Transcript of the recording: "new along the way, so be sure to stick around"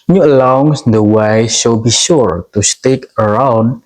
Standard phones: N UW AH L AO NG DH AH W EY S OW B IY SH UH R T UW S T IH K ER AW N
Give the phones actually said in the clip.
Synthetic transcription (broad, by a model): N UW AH L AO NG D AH W EY SH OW B IY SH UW R T UW S T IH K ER AW N